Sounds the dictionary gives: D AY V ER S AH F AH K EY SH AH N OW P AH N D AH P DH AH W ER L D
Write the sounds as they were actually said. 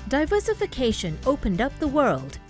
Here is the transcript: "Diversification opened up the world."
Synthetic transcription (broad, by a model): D AY V ER S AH F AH K EY SH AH N OW P AH N D AH P DH AH W ER L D